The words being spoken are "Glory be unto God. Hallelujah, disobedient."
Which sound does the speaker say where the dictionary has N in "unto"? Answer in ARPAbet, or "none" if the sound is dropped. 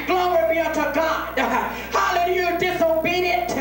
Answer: none